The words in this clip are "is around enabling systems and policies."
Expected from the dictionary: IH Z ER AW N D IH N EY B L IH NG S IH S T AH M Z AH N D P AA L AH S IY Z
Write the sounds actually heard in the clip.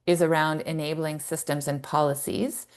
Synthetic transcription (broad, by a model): IH Z ER AW N D IH N EY B L IH NG S IH S T AH M Z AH N P AA L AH S IY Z